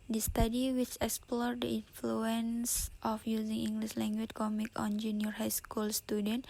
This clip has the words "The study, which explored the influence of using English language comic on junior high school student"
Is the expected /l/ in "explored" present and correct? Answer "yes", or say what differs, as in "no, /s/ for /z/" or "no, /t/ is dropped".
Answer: yes